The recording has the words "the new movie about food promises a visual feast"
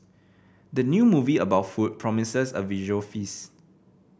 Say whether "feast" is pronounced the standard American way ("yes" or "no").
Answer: no